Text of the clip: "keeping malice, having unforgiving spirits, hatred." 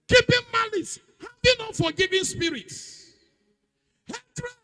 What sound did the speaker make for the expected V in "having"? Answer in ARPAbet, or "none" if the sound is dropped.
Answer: B